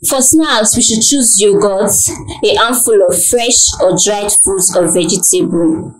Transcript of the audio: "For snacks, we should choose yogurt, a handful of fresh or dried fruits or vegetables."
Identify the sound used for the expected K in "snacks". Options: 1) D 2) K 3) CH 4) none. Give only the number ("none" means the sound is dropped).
4